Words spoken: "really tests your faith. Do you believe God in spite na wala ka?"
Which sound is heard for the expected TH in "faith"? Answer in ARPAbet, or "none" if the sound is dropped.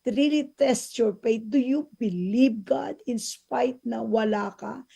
T